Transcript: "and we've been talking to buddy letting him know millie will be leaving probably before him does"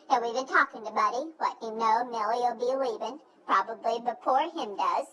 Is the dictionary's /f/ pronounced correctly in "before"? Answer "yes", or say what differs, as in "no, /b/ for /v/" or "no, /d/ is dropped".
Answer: no, /p/ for /f/